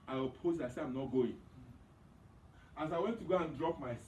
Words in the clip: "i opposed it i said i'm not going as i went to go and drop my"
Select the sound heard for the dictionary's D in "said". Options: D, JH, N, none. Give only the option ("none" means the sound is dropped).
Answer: none